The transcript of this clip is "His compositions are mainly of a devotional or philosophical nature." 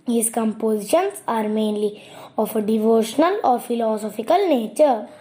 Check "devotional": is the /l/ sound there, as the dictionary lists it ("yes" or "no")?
yes